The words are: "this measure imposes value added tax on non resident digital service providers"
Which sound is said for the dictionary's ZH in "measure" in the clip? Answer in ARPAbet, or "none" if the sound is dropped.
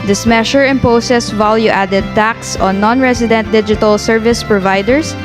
SH